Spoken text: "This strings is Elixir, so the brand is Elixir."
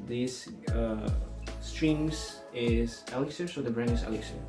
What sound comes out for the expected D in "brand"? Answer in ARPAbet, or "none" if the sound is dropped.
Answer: none